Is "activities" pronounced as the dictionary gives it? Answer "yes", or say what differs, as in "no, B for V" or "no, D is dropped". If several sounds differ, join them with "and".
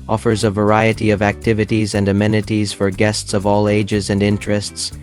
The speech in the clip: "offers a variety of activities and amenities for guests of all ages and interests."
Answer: yes